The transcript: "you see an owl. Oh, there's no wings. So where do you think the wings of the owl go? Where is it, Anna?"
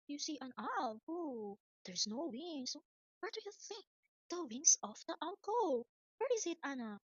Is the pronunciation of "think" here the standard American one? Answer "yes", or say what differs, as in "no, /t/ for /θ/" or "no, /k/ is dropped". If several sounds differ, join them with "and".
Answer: yes